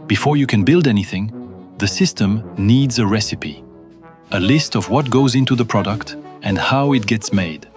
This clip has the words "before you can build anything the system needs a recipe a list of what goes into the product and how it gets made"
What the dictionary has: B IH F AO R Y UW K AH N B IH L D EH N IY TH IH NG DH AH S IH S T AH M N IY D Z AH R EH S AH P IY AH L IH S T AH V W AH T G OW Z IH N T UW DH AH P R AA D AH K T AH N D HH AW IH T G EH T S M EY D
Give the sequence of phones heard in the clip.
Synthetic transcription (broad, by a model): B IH F AO R Y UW K AH N B IH L D EH N IY TH IH NG DH AH S IH S T AH M N IY D Z AH R EH S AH P IY AH L IH S T AH V W AH T G OW Z IH N T UW DH AH P R AA D AH K T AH N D HH AW IH T G EH T S M EY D